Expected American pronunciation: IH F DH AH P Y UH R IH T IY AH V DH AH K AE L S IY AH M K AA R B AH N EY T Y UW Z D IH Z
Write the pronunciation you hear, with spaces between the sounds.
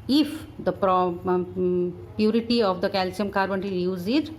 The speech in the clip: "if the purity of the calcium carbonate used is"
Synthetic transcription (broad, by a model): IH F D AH P Y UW R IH T IY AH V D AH K AE L S IY AH M K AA R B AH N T Y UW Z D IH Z